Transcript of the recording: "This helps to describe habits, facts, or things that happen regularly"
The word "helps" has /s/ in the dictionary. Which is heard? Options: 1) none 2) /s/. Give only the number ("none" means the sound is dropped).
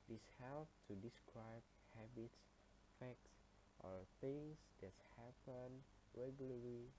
1